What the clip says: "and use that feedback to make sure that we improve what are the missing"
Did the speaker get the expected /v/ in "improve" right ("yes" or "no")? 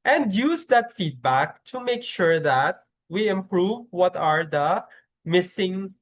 yes